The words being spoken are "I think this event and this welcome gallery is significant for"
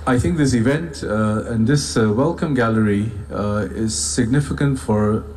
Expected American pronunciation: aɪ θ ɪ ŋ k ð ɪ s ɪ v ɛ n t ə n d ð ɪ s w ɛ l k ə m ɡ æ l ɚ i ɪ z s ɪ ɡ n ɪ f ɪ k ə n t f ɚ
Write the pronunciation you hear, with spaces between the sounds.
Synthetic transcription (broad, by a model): aɪ θ ɪ ŋ k ð ɪ s ɪ v ɛ n t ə n ð ɪ s w ɛ l k ə m ɡ æ l ɚ i ɪ z s ɪ ɡ n ɪ f ɪ k ə n t f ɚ